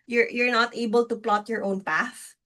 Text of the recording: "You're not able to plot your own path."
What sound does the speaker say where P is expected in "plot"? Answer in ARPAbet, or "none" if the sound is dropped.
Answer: P